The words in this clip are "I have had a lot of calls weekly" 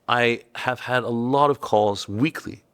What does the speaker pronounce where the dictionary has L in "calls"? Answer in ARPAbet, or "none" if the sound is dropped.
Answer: none